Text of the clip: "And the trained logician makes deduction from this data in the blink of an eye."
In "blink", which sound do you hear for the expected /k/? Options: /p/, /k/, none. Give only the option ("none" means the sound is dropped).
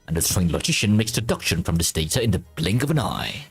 /k/